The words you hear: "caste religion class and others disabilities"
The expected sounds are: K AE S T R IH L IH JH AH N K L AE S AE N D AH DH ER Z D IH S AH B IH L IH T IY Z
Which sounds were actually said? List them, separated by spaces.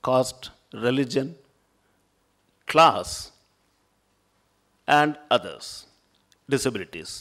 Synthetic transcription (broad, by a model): K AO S T R IH L IH JH AH N K L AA S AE N D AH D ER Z D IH S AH B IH L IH T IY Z